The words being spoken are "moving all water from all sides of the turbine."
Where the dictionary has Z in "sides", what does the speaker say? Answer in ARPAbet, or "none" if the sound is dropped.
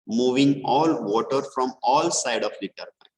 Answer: none